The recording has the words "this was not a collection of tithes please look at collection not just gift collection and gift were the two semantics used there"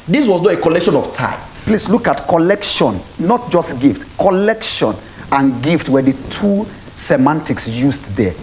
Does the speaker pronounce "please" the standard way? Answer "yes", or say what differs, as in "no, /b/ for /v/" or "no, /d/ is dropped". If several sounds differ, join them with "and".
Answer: no, /s/ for /z/